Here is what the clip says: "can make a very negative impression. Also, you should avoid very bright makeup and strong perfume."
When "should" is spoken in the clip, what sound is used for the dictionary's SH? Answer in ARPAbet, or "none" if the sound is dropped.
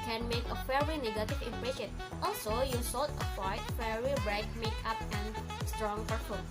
S